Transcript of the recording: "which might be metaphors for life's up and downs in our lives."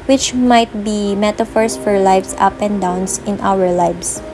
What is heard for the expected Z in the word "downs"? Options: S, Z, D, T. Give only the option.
S